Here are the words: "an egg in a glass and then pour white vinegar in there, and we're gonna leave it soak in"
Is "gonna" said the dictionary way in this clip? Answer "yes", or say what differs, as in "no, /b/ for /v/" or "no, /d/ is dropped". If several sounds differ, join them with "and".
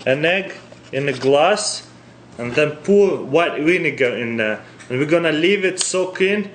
yes